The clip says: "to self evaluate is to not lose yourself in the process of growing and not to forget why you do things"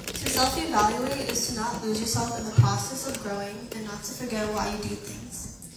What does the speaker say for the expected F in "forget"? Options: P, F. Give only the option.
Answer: F